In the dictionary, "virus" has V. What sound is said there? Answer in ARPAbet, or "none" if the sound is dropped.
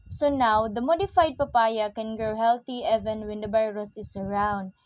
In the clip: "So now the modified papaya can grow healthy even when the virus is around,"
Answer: B